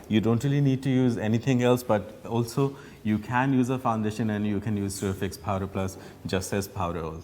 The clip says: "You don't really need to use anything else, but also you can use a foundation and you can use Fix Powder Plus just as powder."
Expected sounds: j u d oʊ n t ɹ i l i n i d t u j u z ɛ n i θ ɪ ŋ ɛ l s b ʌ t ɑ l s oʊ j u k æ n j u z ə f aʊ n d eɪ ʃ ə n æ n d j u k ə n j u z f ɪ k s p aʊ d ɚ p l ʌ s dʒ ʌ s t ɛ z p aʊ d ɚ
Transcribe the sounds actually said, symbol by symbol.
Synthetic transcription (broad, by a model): j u d oʊ n t ɹ i l i n i d t u j u z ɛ n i t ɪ ŋ ɛ l s b ʌ t ɑ l s oʊ j u k æ n j u z ə f aʊ n d eɪ ʃ ə n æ n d j u k ə n j u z f ɪ k s p aʊ d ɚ p l ʌ s dʒ ʌ s t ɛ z p aʊ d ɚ